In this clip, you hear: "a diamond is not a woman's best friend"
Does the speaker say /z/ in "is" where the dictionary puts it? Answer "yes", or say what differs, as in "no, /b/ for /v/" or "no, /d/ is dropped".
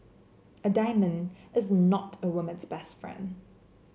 yes